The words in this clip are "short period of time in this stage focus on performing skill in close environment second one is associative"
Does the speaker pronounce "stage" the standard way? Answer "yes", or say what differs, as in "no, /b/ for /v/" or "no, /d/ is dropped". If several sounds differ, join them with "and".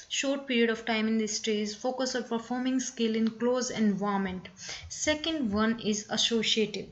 no, /z/ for /dʒ/